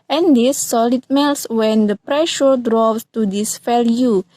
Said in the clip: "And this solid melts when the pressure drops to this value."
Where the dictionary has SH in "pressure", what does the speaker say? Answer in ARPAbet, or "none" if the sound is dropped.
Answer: SH